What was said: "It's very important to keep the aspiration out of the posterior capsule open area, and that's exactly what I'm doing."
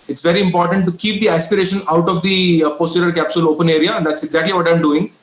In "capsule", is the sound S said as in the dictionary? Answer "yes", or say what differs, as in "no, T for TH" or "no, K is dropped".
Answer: yes